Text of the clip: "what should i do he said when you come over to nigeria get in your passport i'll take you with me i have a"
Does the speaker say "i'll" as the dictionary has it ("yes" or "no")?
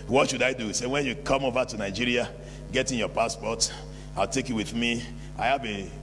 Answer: yes